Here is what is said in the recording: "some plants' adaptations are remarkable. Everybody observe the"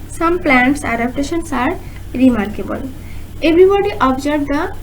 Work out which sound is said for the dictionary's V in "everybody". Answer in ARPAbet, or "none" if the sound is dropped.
B